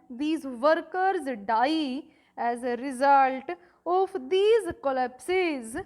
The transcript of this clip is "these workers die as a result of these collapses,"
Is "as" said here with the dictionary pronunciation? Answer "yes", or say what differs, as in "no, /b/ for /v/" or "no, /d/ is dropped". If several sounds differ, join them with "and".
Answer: yes